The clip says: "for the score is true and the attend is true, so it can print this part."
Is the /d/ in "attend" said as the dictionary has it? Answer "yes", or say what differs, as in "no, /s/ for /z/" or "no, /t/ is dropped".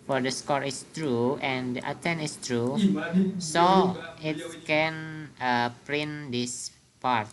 no, /d/ is dropped